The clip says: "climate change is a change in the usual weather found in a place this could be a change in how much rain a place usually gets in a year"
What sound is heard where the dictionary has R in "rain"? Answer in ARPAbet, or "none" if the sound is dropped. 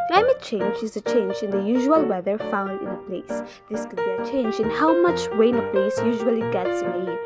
W